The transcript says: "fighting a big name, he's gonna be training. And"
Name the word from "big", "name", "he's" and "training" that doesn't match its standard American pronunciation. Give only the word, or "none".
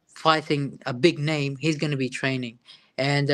none